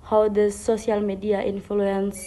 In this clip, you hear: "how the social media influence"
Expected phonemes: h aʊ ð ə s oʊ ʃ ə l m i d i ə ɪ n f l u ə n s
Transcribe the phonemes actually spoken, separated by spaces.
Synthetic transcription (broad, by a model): h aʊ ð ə s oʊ s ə l m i d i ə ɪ n f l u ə n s